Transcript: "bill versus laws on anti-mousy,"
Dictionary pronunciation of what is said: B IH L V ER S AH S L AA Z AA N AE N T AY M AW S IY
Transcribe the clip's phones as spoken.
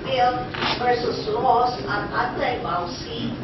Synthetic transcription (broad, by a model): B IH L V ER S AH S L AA S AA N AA T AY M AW S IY